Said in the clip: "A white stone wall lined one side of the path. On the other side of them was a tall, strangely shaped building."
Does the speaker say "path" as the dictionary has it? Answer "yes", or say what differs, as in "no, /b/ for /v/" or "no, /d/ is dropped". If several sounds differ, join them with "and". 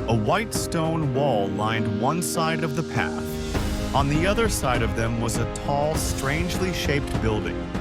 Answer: yes